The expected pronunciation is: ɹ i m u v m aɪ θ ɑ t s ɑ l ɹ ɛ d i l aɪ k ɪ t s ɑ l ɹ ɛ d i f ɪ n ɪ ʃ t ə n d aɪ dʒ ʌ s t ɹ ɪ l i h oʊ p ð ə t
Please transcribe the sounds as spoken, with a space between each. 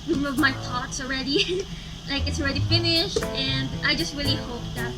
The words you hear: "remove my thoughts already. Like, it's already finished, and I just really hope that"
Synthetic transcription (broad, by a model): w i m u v m aɪ t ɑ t s ɑ l ɹ ɛ d i l aɪ k ɪ t s ɑ l ɹ ɛ d i f ɪ n ɪ ʃ t ə n d aɪ dʒ ʌ s t ɹ ɪ l i h oʊ p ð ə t